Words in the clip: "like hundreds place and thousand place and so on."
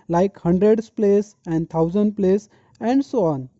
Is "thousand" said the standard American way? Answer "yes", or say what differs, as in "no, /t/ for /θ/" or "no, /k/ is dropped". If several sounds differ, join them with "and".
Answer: no, /t/ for /θ/